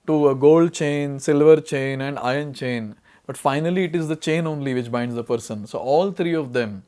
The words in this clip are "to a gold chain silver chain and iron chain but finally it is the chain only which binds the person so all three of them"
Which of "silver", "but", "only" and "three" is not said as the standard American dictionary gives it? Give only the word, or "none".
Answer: three